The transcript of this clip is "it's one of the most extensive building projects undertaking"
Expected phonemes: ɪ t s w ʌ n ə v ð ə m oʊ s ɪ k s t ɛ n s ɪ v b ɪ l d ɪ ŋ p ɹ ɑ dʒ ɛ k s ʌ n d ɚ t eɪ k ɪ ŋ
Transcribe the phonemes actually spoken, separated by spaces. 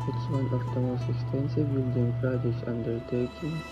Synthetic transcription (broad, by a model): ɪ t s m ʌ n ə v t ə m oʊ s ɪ s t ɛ n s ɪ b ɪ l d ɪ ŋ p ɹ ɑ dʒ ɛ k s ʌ n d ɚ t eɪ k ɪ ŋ